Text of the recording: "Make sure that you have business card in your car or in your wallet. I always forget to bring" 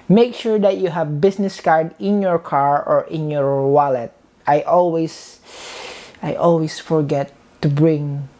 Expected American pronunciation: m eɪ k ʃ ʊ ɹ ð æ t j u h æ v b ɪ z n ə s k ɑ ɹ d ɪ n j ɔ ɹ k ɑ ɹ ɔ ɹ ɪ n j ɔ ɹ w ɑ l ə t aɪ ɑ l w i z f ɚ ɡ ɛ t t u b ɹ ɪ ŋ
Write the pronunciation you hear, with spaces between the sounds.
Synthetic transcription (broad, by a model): m eɪ k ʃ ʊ ɹ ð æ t j u h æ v b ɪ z n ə s k ɑ ɹ d ɪ n j ɔ ɹ k ɑ ɹ ɔ ɹ ɪ n j ɔ ɹ w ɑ l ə t aɪ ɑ l w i s f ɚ ɡ ɛ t t u b ɹ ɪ ŋ